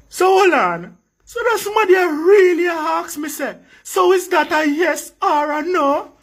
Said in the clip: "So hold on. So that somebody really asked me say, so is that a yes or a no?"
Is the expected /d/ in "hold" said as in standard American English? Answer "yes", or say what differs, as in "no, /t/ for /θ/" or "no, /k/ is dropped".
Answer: no, /d/ is dropped